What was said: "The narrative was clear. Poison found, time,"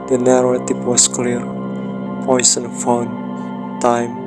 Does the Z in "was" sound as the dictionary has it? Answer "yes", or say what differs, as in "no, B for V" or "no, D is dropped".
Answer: no, S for Z